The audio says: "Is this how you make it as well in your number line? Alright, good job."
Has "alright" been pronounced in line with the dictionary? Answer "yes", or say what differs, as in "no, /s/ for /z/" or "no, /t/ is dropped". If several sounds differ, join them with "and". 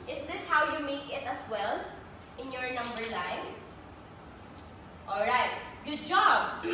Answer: yes